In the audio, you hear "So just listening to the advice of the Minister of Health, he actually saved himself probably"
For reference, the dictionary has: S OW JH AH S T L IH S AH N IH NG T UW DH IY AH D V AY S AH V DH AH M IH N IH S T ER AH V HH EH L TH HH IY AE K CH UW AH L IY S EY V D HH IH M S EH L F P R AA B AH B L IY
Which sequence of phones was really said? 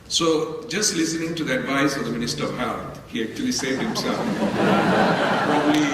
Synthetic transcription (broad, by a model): S OW JH AH S T L IH S AH N IH NG T UW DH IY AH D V AY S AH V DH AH M IH N IH S T ER AH V HH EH L T HH IY AE K CH UW AH L IY S EY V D HH IH M S EH L F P R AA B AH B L IY